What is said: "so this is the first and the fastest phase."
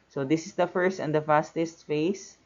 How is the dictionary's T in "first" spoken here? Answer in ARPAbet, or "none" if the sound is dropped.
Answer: T